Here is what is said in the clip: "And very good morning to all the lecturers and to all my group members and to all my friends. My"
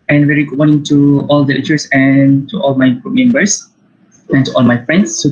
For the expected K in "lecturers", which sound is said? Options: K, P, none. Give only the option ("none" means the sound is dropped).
none